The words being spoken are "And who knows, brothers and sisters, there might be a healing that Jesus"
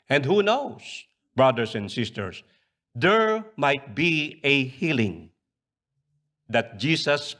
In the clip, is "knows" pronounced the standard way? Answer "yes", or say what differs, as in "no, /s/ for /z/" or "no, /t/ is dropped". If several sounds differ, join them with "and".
no, /s/ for /z/